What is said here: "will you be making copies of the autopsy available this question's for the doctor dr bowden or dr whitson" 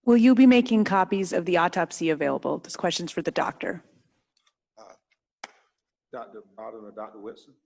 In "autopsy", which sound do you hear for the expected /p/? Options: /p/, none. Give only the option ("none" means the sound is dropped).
/p/